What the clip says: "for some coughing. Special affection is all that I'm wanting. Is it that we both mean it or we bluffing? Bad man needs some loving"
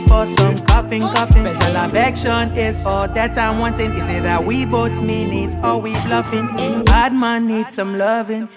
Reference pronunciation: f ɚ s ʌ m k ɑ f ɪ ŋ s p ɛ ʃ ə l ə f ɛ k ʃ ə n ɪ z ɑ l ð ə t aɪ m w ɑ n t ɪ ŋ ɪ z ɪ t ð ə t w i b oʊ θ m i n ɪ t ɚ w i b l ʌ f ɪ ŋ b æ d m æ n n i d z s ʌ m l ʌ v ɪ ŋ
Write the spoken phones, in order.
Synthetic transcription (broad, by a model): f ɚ s ʌ m k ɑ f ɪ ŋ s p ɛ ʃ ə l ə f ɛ k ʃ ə n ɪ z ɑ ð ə t aɪ m w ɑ n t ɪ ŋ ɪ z ɪ t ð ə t w i b oʊ s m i n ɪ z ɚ w i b l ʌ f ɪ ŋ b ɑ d m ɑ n n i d s ʌ m l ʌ v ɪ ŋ